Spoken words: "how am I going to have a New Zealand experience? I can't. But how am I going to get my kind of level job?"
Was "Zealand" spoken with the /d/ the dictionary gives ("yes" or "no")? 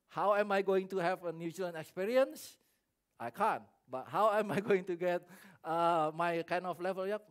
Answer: no